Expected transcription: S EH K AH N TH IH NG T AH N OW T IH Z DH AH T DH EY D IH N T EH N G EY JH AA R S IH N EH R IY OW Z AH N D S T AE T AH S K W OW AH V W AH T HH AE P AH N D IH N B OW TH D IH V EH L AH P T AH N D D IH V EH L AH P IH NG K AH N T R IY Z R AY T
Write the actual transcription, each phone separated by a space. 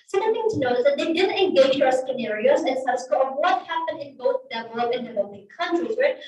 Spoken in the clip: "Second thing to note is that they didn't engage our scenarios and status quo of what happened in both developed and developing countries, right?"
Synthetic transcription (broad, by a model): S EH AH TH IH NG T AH N OW T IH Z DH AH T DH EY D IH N EH N G EY JH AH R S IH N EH R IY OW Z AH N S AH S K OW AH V W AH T HH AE P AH N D IH N B OW TH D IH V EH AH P AH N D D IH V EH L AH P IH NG K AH N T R IY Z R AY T